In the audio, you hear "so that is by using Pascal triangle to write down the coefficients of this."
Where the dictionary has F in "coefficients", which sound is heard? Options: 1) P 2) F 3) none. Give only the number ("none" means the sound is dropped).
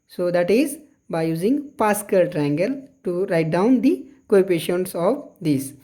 1